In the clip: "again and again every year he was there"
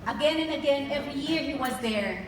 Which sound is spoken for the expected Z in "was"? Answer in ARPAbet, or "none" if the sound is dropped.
Z